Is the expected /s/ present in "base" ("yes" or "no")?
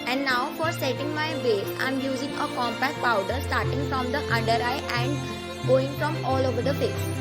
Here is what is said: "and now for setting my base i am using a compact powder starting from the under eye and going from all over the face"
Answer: no